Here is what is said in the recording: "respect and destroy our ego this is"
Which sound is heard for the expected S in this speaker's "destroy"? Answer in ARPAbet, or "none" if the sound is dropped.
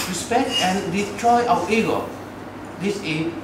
none